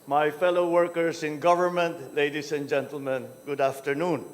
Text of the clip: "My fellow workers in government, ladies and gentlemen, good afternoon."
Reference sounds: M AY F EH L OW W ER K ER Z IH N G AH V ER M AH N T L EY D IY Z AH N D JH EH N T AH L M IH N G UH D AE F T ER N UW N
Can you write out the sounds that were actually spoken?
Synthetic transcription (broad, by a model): M AY F EH L OW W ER K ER S IH N G AH V ER M AH N T L EY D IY S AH N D JH EH N T AH L M IH N G UH D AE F T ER N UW N